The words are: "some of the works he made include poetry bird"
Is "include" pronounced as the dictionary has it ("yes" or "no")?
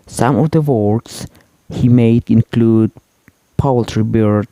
yes